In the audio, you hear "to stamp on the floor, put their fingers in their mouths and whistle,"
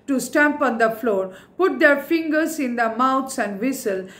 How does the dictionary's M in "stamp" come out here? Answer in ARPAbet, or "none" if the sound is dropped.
M